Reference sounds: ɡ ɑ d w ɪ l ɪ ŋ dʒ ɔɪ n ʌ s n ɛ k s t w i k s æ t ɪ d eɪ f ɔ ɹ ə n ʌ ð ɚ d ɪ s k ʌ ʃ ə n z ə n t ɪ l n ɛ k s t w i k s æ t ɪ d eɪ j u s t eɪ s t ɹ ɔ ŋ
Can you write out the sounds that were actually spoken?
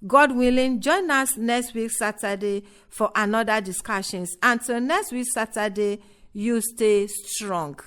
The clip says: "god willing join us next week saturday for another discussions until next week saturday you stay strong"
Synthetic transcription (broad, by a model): ɡ ɑ d w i l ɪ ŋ dʒ ɔɪ n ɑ s n ɛ k s t w i k s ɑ t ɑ d eɪ f ɔ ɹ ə n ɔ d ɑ d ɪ s k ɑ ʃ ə n s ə n t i l n ɛ k s t w i k s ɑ t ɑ d eɪ j u s t eɪ s t ɹ ɔ ŋ